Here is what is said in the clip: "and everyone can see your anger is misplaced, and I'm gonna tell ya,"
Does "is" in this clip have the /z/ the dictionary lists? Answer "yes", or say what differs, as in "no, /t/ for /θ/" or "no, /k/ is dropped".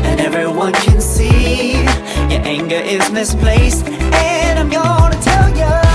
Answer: yes